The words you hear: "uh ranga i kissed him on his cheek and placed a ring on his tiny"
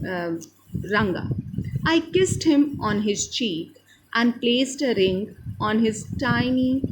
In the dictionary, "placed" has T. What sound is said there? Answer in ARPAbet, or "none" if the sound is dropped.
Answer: T